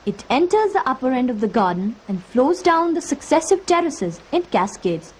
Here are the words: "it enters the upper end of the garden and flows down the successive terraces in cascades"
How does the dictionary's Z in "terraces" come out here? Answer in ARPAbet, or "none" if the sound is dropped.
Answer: Z